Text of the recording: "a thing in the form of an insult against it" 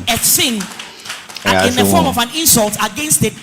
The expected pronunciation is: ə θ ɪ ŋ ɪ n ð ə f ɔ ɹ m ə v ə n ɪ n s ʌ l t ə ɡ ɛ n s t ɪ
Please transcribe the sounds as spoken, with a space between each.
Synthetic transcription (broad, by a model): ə s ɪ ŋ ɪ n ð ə f ɔ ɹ m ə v ə n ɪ n s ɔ l t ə ɡ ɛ n s t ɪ